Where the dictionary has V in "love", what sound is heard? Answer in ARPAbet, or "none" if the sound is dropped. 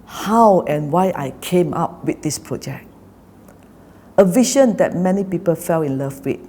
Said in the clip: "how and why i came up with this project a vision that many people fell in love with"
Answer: F